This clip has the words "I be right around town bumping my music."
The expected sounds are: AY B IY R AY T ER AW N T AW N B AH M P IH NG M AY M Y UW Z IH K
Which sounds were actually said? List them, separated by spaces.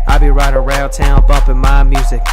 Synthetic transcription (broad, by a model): AY B IY R AY T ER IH L T AW N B AH M P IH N M AY M Y UW Z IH K